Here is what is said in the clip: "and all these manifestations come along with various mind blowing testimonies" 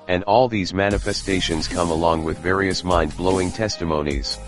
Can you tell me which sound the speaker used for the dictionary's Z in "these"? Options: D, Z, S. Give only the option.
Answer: Z